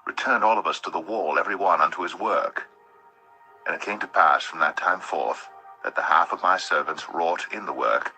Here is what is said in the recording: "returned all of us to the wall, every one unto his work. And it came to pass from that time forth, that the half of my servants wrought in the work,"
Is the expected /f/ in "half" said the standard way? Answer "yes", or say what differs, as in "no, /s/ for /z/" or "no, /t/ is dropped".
yes